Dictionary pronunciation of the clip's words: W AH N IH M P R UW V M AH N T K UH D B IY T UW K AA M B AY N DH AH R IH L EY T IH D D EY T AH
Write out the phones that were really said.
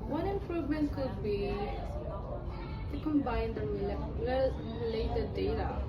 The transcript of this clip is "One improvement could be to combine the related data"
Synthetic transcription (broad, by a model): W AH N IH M P R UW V M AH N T K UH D B IY T UW K AA M B AY N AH L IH L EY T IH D D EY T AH